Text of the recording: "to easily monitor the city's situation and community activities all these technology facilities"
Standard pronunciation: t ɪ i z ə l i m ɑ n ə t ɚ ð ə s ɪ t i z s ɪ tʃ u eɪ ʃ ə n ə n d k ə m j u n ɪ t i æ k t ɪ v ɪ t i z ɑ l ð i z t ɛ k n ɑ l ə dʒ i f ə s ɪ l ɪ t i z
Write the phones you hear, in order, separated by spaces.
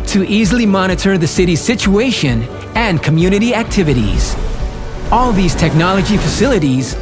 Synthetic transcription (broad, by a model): t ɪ i z l i m ɑ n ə t ɚ ð ə s ɪ t i z s ɪ tʃ u eɪ ʃ ə n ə n k ə m j u n ɪ t i æ k t ɪ v ɪ t i z ɑ l ð i z t ɛ k n ɑ l ə dʒ i f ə s ɪ l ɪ t i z